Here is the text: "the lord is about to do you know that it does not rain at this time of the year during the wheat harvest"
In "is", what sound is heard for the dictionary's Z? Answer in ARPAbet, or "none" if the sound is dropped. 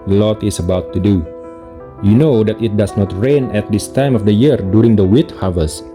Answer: S